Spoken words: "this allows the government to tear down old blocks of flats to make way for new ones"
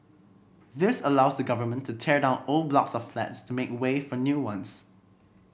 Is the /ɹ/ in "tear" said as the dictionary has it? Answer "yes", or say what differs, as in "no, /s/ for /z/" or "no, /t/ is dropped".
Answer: yes